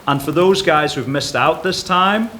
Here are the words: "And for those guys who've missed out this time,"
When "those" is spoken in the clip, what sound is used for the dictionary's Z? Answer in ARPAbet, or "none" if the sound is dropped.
Z